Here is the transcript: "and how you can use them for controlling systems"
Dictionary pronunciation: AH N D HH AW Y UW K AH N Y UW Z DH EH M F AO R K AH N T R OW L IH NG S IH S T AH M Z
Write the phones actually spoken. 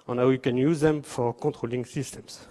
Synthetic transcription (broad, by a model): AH N HH AW Y UW K AH N Y UW Z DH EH M F AO R K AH T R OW L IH NG S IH S T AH M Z